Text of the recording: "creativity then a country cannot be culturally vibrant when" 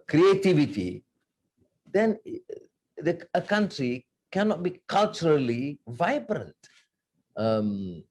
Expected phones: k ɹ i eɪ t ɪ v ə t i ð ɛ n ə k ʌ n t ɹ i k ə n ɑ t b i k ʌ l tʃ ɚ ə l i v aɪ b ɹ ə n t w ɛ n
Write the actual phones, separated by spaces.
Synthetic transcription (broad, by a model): k ɹ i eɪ t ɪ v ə t i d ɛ n ə k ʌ n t ɹ i k ə n ɑ t b i k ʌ l tʃ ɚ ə l i v aɪ b ɹ ə n t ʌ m